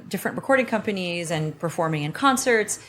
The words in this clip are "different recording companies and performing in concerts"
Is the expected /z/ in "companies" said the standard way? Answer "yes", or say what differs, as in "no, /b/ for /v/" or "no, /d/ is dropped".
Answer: yes